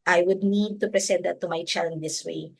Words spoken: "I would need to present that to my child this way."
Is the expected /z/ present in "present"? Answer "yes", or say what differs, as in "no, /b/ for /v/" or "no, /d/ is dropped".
no, /s/ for /z/